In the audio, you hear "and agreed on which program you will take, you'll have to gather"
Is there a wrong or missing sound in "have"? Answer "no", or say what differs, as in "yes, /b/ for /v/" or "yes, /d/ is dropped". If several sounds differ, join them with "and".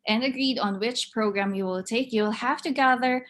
yes, /f/ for /v/